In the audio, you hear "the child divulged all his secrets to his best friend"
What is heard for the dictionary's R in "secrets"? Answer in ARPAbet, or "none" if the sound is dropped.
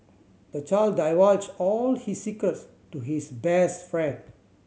none